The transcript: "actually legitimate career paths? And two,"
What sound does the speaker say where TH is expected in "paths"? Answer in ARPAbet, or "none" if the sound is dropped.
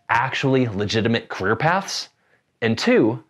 TH